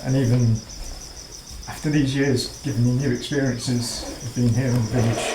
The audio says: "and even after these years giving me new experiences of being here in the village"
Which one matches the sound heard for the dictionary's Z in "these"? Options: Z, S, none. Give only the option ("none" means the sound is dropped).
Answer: Z